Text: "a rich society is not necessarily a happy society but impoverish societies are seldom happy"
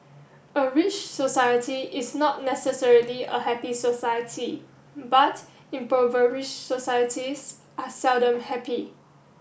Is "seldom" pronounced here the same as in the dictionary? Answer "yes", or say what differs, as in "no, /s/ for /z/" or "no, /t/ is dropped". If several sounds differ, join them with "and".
yes